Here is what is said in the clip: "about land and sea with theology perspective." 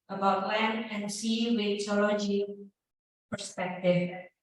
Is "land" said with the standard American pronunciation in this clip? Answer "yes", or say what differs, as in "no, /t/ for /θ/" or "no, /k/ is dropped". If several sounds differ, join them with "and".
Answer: no, /d/ is dropped